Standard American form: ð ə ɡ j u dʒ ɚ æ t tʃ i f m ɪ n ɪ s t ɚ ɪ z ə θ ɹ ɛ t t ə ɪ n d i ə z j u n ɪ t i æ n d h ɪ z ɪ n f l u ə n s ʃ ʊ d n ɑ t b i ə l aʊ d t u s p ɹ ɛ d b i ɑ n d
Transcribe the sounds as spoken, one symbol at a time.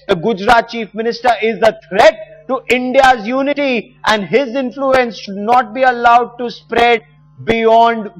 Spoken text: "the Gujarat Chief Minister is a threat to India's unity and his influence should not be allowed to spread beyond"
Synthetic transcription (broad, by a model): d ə ɡ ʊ dʒ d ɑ t tʃ i f m ɪ n ɪ s t ɚ ɪ z ə t ɹ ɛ t t ɪ n d i ə z j u n ɪ t i æ n d h ɪ z ɪ n f l u ə n s ʃ ʊ d n ɑ t b i ə l aʊ d t u s p ɹ ɛ d b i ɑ n d